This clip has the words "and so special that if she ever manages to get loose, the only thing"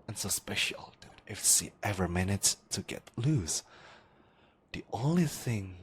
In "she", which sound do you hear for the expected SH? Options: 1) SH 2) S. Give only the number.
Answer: 2